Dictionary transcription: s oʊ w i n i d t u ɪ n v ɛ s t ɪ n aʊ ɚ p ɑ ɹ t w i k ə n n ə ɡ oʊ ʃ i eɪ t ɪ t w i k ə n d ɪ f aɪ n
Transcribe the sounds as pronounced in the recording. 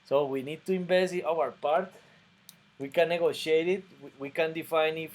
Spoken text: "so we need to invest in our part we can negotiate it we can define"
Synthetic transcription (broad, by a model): s oʊ w i n i d t u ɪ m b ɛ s ɪ n aʊ ɚ p ɑ ɹ t w i k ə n n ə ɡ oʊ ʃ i eɪ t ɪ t w i k ə n d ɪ f aɪ n